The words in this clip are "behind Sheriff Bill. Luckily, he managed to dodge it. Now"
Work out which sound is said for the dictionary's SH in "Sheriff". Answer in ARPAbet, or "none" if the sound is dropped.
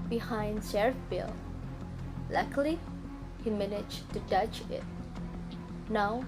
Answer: S